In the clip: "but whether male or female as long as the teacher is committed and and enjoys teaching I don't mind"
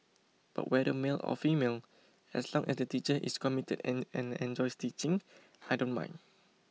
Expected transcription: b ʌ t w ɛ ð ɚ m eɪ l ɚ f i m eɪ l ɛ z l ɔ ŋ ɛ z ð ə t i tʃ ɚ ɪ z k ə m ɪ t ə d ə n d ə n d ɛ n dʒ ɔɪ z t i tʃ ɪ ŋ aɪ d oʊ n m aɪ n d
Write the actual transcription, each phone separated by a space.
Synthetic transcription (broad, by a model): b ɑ t w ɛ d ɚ m eɪ l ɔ f i m eɪ l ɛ s l ɔ ŋ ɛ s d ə t i tʃ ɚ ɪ s k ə m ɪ t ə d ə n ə n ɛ n dʒ ɔɪ s t i tʃ ɪ ŋ aɪ d oʊ n m aɪ n